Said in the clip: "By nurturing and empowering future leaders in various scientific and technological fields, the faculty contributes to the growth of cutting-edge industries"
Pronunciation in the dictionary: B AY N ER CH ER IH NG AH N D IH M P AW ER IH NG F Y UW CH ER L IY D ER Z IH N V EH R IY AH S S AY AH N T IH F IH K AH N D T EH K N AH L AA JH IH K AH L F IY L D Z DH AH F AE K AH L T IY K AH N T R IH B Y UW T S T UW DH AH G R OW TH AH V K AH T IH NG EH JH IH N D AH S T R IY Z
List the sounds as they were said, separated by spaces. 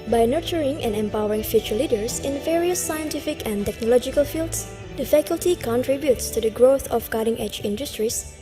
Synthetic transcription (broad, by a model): B AY N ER CH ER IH NG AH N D IH M P AW ER IH NG F Y UW CH ER L IY D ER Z IH N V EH R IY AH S S AY AH N T IH F IH K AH N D T EH K N AH L AA JH IH K AH L F IY L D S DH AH F AE K AH L T IY K AH N T R IH B Y UW T S T UW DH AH G R OW TH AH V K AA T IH NG EH JH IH N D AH S T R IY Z